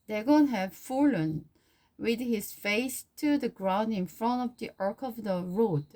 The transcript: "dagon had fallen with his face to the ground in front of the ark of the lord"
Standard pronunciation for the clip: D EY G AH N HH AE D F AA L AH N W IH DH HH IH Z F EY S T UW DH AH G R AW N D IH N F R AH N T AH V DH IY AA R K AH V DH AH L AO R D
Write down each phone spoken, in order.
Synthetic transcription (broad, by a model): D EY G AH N HH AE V F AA L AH N W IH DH HH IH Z F EY S T UW DH AH G R AW N D IH N F R AH N T AH V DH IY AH R K AH V DH AH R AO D